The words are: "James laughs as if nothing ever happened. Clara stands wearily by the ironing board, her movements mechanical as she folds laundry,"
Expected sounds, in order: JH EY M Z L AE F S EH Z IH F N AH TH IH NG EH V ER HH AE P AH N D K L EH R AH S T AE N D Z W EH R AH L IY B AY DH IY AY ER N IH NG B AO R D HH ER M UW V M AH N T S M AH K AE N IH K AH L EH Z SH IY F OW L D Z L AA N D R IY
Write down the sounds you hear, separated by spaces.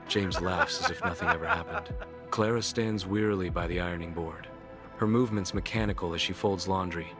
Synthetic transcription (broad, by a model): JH EY M Z L AE F S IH Z IH F N AH TH IH NG EH V ER HH AE P AH N D K L EH R AH S T AE N D Z W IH R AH L IY B AY DH IY AY ER N IH NG B AO R D HH ER M UW V M AH N T S M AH K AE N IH K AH L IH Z SH IY F OW L D Z L AA N D R IY